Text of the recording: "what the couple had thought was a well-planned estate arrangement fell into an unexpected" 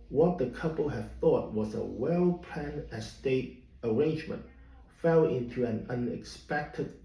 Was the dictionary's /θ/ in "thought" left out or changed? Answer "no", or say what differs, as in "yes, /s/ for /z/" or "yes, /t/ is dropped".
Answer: no